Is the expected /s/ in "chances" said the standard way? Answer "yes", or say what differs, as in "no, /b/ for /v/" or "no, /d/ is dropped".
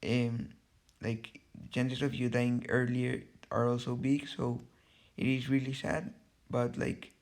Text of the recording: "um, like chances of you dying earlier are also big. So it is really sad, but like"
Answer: no, /s/ is dropped